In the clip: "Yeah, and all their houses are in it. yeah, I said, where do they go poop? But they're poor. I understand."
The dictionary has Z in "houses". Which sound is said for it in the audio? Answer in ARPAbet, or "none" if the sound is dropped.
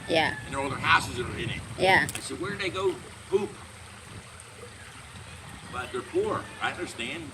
Z